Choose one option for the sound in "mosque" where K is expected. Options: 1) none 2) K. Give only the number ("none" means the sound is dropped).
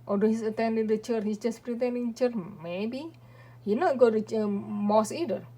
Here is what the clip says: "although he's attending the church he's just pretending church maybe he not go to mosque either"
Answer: 1